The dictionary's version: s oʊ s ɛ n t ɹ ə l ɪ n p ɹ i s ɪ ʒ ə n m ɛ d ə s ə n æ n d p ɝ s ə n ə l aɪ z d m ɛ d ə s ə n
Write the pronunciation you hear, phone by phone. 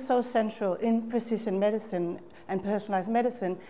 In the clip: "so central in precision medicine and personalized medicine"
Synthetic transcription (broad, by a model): s oʊ s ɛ n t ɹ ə l ɪ n p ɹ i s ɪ s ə n m ɛ d ə s ə n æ n p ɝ s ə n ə l aɪ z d m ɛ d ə s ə n